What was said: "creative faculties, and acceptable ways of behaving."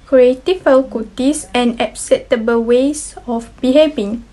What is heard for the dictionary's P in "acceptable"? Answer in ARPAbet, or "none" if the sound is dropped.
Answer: none